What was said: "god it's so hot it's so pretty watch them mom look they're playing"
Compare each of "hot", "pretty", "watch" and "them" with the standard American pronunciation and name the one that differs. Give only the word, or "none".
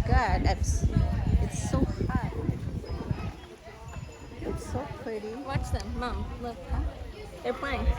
hot